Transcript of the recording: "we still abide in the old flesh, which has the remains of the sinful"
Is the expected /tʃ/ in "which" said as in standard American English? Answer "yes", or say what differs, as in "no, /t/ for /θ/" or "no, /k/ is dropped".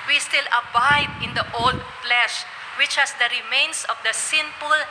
yes